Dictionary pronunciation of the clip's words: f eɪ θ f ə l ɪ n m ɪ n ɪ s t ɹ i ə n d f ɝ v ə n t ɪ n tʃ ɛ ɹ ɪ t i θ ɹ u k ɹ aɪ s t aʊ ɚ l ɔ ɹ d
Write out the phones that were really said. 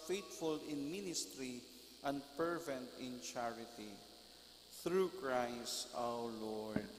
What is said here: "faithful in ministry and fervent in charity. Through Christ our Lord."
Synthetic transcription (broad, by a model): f eɪ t f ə l ɪ n m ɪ n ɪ s t ɹ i ə n d p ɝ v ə n t ɪ n tʃ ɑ ɹ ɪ t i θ ɹ u k ɹ aɪ s t aʊ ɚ l ɔ ɹ d